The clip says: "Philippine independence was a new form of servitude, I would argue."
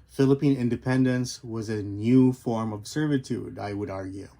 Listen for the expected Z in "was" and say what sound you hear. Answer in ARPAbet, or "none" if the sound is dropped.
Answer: Z